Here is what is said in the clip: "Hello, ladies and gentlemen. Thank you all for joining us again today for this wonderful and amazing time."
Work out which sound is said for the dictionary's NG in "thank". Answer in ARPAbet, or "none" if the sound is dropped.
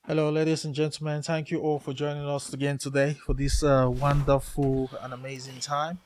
NG